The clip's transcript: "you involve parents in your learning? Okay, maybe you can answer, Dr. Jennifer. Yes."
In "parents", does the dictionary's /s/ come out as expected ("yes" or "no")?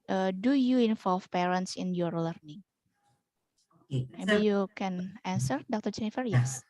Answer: yes